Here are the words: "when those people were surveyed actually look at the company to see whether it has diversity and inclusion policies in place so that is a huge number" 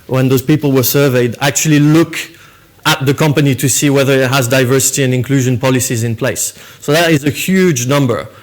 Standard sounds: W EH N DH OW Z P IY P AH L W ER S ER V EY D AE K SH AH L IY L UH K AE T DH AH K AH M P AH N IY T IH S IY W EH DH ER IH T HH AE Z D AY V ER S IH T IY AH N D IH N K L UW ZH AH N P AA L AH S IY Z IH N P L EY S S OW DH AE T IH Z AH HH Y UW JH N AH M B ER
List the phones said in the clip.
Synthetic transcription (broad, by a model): W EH N DH OW Z P IY P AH L W ER S ER V EY D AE K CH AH L IY L UH K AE T DH AH K AH M P AH N IY T IH S IY W EH DH ER IH T HH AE Z D AY V ER S IH T IY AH N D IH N K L UW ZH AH N P AA L AH S IY Z IH N P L EY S S OW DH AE T IH Z AH HH Y UW JH N AH M B ER